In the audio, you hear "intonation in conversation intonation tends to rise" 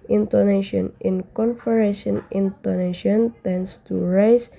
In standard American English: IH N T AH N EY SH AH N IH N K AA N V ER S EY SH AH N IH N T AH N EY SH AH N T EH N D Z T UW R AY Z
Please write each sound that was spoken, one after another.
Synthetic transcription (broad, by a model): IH N T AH N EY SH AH N IH N K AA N F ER EY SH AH N IH N T AH N EY SH AH N T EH N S T UW R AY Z